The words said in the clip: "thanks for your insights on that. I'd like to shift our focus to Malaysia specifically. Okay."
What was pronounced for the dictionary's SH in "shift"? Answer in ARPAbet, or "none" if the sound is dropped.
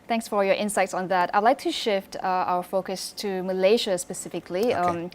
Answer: SH